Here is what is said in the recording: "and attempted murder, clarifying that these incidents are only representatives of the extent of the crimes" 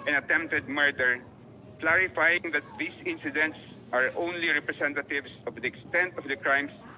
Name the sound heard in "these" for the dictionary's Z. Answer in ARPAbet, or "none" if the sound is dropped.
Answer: S